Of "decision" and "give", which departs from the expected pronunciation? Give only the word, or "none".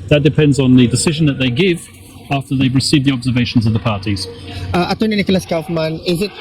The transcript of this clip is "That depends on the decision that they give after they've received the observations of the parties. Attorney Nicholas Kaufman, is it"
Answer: none